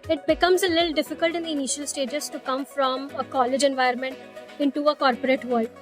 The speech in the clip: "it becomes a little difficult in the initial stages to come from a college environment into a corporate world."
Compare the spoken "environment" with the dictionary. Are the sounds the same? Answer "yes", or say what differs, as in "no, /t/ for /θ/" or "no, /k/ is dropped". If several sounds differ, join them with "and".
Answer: no, /ɹ/ is dropped